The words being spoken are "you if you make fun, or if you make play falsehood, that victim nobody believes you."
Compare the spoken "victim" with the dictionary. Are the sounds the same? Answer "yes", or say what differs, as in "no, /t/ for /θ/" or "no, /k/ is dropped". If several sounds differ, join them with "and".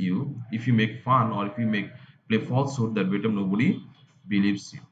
no, /b/ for /v/ and /k/ is dropped